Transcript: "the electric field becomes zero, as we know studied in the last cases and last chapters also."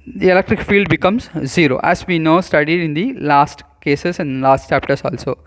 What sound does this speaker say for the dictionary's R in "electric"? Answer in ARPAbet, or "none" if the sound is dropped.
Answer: R